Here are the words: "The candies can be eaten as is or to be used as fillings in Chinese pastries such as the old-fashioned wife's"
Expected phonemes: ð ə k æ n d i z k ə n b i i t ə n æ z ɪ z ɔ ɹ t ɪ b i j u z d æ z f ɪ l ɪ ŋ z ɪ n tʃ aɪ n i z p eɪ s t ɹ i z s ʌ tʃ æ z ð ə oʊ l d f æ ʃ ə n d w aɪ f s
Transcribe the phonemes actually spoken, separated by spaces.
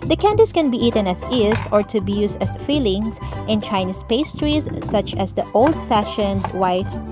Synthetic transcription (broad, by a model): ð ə k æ n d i s k ə n b i i t ə n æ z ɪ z ɔ ɹ t ɪ b i j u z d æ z f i l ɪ ŋ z ɪ n tʃ aɪ n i s p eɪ s t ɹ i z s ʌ tʃ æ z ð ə oʊ l d f æ ʃ ə n d w aɪ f s